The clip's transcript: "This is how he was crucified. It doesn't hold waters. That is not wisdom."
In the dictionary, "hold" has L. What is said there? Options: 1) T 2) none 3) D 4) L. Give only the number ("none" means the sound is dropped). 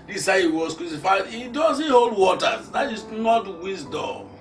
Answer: 4